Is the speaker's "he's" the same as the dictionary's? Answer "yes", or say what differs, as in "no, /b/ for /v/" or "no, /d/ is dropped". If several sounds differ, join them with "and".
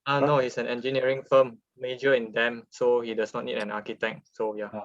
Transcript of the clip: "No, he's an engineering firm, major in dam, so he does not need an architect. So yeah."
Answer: no, /s/ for /z/